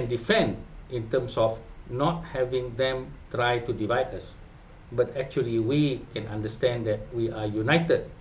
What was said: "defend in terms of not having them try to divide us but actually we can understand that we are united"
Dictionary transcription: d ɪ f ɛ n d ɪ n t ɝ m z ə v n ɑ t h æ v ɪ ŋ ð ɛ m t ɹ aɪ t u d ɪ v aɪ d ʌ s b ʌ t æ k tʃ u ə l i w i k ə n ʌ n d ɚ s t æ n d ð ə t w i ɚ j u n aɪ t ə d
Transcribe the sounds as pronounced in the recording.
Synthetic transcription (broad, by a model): d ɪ f ɛ n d ɪ n t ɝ m s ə f n ɑ t h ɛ v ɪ ŋ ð ɛ m t ɹ aɪ t u d ɪ v aɪ d ʌ s b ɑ t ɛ k tʃ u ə l i w i k ə n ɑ n d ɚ s t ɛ n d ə t w i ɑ j u n aɪ t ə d